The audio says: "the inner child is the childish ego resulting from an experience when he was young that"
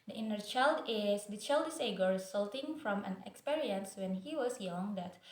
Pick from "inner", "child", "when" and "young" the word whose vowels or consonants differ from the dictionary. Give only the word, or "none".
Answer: none